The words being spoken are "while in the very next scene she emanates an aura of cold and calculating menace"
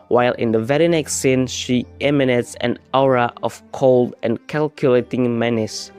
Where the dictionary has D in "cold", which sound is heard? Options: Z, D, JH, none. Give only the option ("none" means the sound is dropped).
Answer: D